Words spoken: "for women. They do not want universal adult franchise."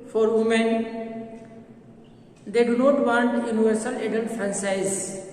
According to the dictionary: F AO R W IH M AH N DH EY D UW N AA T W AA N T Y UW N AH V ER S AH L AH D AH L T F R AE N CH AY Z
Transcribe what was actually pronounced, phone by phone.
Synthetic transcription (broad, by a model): F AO R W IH M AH N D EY D UW N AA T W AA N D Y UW N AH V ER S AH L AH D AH N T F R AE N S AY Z